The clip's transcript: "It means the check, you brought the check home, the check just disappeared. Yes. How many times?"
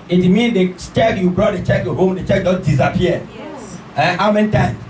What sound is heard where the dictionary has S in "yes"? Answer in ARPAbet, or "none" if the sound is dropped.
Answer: none